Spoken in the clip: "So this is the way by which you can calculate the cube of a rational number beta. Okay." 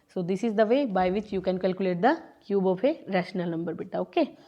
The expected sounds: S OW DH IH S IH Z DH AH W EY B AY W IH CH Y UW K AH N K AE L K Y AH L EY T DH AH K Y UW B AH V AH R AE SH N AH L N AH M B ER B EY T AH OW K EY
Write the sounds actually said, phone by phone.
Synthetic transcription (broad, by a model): S OW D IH S IH Z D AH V EY B AY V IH CH Y UW K AH N K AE L K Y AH L EY T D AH K Y UW B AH P AH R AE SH N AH L N AH M B ER B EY T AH OW K EY